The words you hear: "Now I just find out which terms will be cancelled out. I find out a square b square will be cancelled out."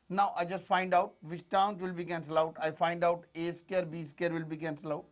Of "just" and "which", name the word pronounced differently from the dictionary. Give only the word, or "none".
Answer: which